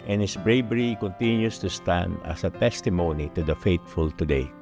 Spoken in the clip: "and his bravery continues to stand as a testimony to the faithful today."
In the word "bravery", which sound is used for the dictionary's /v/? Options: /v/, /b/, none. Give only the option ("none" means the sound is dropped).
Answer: /b/